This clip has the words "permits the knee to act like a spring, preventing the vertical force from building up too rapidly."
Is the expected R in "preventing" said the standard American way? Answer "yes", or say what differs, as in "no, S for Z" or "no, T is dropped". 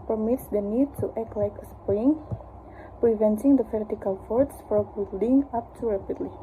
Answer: yes